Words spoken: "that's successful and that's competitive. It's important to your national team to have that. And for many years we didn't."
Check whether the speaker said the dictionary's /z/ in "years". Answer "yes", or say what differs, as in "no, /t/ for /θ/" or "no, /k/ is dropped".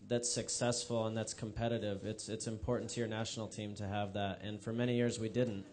yes